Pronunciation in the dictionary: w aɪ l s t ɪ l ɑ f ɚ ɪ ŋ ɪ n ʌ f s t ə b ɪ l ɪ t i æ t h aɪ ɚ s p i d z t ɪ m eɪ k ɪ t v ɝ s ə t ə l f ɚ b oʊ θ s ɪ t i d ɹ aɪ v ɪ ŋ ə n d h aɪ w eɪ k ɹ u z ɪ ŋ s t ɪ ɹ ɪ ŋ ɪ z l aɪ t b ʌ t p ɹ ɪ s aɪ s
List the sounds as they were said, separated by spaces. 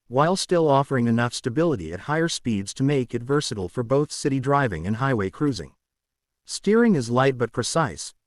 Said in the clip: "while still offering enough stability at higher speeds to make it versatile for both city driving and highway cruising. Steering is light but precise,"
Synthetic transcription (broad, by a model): w aɪ l s t ɪ l ɑ f ɚ ɪ ŋ ɪ n ʌ f s t ə b ɪ l ɪ t i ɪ t h aɪ ɚ s p i d z t ɪ m eɪ k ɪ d v ɝ s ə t l f ɚ b oʊ θ s ɪ t i d ɹ aɪ v ɪ ŋ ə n h aɪ w eɪ k ɹ u z ɪ ŋ s t ɪ ɹ ɪ ŋ ɪ z l aɪ t b ʌ t p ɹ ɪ s aɪ s